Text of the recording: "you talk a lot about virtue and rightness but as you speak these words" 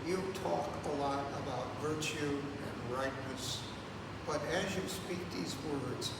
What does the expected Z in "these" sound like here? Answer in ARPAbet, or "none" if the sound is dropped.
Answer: Z